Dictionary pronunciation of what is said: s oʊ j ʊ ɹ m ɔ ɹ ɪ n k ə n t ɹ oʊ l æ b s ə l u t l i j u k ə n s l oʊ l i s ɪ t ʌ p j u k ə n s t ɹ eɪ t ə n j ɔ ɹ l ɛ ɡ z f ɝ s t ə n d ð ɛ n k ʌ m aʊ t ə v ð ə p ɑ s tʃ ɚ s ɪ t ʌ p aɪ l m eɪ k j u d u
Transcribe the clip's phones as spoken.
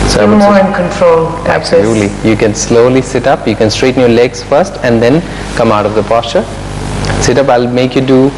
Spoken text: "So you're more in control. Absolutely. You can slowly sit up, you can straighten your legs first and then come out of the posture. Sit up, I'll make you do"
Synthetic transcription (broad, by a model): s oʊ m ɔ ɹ ɪ n k ə n t ɹ oʊ l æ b s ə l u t l i j u k ə n s l oʊ l i s ɪ t ʌ p j u k ə n s t ɹ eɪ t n j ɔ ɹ l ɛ ɡ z f ɝ s t ə n d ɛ n k ʌ m aʊ t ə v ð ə p ɑ s tʃ ɚ s ɪ t ʌ p aɪ l m eɪ k j u d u